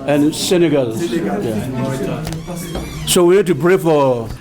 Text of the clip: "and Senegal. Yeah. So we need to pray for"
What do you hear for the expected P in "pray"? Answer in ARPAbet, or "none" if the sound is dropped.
B